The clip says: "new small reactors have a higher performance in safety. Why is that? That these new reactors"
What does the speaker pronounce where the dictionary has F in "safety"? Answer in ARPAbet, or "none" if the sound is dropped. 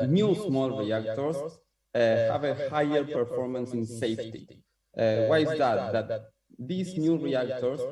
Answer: F